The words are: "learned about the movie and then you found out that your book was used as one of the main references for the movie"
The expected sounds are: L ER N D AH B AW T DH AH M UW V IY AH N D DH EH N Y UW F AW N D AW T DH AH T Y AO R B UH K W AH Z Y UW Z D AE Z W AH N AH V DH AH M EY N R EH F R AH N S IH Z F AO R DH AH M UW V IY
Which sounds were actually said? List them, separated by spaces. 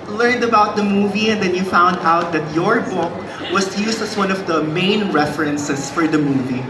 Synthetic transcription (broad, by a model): L ER N D AH B AW T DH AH M UW V IY AH N D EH N Y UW F AW N D AW T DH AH T Y AO R B UH K W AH S Y UW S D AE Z W AH N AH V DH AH M EY N R EH F R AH N S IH S F AO R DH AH M UW V IY